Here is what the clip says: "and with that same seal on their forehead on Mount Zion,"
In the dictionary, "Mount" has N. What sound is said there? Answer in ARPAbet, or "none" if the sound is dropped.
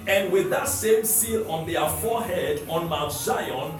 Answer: none